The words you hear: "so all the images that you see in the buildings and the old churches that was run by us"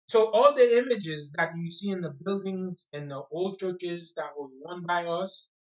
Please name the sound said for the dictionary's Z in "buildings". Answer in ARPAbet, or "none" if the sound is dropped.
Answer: Z